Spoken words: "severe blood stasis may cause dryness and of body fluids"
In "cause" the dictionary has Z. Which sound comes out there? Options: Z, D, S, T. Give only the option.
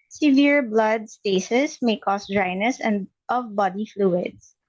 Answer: S